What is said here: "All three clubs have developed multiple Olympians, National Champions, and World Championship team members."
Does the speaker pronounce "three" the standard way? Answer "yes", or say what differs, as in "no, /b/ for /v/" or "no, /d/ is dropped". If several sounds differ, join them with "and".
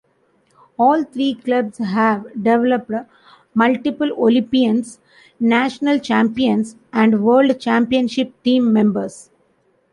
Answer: no, /t/ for /θ/